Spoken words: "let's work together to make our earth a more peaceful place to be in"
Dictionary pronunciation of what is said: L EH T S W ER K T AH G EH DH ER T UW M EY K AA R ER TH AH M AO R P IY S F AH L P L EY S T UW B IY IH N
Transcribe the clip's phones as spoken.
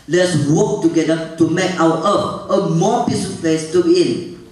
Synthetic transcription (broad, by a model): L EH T S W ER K T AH G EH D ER T UW M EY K AA W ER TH AH M AO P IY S AH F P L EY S T UW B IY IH N